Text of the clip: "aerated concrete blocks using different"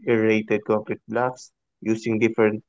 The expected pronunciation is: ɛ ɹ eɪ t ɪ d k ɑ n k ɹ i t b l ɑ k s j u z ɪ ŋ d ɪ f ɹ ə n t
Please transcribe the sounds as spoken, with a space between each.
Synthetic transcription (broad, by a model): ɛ ɹ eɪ t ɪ d k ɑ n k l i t b l ɑ k s j u s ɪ ŋ d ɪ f ɹ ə n t